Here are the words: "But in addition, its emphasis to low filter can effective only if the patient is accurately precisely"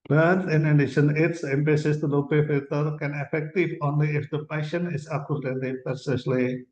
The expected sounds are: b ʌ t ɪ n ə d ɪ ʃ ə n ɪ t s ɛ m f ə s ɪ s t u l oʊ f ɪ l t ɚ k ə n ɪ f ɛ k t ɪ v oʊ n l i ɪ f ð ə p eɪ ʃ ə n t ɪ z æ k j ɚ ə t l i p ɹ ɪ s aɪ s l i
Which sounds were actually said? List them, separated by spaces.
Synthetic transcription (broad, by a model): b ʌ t ɪ n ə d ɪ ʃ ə n ɪ t s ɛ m p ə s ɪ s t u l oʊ p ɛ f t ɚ k ə n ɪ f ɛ k t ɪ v oʊ n l i ɪ f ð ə p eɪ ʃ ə n ɪ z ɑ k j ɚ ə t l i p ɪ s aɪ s l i